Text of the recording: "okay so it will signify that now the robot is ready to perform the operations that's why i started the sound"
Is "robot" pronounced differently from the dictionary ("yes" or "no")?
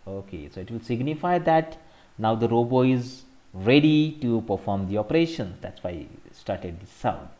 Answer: yes